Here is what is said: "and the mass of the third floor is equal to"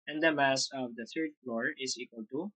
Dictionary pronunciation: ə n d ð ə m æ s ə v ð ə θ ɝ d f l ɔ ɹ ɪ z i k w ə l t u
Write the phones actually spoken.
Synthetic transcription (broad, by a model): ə n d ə m æ s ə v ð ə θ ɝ d f l ɔ ɹ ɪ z i k w ə l t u